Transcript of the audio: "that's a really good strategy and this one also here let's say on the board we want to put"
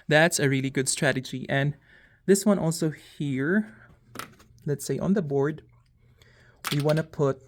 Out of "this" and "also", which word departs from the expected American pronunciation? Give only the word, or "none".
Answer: none